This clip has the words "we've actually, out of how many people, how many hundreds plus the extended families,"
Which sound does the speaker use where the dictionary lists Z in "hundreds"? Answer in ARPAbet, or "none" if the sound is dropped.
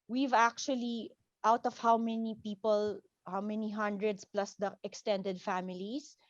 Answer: S